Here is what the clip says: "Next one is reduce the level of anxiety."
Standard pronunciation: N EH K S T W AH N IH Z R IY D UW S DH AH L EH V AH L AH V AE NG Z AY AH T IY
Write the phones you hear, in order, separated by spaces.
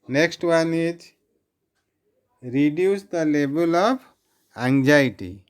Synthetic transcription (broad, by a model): N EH K S T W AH N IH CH R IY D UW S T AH L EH B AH L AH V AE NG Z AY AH T IY